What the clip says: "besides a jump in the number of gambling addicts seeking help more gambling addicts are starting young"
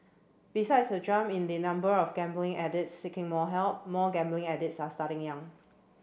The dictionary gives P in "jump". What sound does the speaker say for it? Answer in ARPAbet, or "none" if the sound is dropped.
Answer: none